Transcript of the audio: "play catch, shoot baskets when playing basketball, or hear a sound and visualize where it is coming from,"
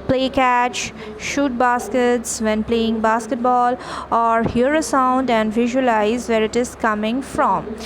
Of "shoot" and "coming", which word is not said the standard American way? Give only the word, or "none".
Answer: none